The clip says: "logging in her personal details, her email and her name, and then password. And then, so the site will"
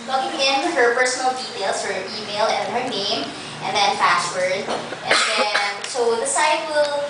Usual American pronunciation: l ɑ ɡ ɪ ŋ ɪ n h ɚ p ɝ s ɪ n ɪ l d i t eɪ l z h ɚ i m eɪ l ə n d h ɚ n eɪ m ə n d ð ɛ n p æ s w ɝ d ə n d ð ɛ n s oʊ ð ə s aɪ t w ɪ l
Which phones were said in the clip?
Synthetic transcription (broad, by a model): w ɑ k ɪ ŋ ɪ n h ɚ p ɝ s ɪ n l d i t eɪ l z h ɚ i m eɪ l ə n h ɚ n eɪ m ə n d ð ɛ n f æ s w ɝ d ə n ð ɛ n s oʊ ð ə s aɪ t w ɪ l